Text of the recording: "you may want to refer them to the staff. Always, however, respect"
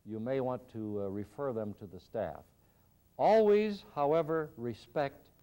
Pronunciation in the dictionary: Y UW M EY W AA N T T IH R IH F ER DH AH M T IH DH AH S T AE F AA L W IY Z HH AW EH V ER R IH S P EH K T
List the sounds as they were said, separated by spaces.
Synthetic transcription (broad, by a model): Y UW M EY W AA N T T IH R IH F ER DH AH M T IH DH AH S T AE F AA L W IY Z HH AW EH V ER R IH S P EH K T